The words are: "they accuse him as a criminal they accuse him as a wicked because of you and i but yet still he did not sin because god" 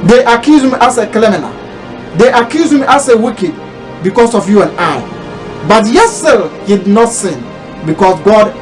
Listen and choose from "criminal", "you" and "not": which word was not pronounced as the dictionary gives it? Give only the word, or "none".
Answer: criminal